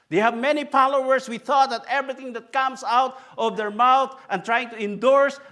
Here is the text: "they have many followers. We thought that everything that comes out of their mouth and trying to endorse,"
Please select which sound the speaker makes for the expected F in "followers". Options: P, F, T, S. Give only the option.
P